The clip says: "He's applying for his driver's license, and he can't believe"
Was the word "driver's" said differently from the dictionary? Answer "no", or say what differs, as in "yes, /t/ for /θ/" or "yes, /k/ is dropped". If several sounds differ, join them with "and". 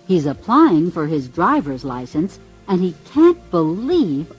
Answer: no